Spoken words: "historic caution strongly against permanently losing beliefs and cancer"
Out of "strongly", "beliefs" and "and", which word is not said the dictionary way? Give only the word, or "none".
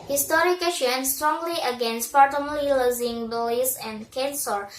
beliefs